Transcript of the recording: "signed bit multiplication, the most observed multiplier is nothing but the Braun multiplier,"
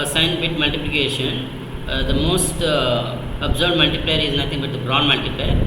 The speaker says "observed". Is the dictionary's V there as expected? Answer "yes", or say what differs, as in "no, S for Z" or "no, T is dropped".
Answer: no, B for V